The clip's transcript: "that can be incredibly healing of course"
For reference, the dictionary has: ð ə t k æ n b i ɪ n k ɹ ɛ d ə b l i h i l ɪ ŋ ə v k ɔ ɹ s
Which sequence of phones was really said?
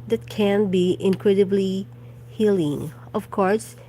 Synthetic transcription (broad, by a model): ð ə t k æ n b i ɪ n k ɹ ɛ d ə b l i h i l ɪ ŋ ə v k ɔ ɹ s